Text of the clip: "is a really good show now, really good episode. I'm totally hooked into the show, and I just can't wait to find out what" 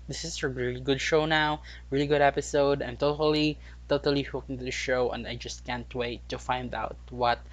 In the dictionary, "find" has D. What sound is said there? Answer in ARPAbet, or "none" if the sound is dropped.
D